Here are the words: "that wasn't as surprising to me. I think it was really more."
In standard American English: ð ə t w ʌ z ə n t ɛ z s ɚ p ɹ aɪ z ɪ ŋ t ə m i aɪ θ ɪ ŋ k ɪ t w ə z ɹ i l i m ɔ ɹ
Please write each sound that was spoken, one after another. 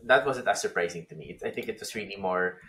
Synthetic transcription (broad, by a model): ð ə t w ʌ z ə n t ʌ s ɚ p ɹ aɪ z ɪ ŋ t ə m i aɪ θ ɪ ŋ k ɪ t w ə s ɹ i l i m ɔ ɹ